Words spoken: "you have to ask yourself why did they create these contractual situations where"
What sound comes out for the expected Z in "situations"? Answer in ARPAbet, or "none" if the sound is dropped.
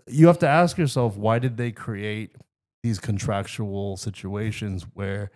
Z